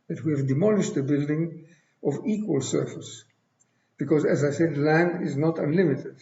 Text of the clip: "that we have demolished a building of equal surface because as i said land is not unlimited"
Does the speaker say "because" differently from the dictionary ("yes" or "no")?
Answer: no